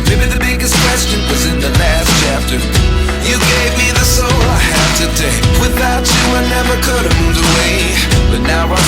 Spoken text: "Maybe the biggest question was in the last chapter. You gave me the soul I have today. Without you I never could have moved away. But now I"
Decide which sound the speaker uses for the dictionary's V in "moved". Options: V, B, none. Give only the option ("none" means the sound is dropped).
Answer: none